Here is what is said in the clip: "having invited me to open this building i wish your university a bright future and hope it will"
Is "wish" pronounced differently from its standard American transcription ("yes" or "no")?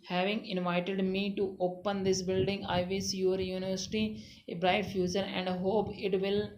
yes